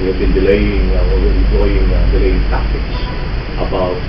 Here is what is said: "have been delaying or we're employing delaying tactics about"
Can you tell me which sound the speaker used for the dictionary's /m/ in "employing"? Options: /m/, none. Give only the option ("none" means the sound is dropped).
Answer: none